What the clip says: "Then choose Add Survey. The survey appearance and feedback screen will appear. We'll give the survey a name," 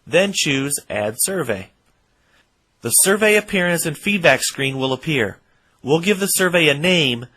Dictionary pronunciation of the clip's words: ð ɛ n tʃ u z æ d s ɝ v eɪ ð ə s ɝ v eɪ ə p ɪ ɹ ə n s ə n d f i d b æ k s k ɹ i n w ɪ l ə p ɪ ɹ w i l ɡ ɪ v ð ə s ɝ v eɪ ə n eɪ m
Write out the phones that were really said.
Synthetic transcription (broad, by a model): ð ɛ n tʃ u z æ d s ɝ v eɪ ð ə s ɝ v eɪ ə p ɪ ɹ ə n s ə n f i d b æ k s k ɹ i n w ɪ l ə p ɪ ɹ w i l ɡ ɪ v ð ə s ɝ v eɪ ə n eɪ m